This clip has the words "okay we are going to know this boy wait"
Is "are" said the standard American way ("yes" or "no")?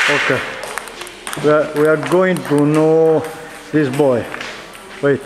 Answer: no